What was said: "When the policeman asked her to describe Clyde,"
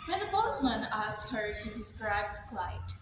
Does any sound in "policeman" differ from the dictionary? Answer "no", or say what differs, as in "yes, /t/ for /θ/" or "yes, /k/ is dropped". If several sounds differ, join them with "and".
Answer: yes, /b/ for /p/